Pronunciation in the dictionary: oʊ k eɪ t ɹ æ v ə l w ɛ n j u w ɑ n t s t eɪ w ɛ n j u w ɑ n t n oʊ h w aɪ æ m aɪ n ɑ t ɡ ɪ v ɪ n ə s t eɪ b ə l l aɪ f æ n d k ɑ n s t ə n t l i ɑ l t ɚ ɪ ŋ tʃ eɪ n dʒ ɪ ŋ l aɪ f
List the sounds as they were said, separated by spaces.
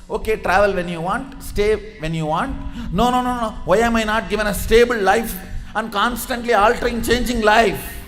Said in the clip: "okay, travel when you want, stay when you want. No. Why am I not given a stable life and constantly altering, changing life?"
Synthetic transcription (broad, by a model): oʊ k eɪ t ɹ æ v ə l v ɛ n j u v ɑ n t s t eɪ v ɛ n j u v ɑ n t n oʊ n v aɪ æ m aɪ n ɑ t ɡ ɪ v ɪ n ə s t eɪ b ə l l aɪ f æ n d k ɑ n s t ə n t l i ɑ l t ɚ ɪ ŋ tʃ eɪ n dʒ ɪ ŋ l aɪ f